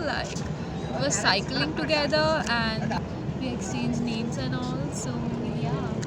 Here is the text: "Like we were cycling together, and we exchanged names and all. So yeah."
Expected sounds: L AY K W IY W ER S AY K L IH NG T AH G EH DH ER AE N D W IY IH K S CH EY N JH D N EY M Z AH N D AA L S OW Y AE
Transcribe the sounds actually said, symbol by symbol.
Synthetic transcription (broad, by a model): L AY K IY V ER S AY K L IH NG T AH G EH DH ER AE N D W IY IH K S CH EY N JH N EY M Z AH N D AA L S OW Y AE